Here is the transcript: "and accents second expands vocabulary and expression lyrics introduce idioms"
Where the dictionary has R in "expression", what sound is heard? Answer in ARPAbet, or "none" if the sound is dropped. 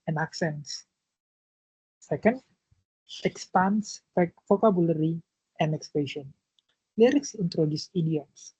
none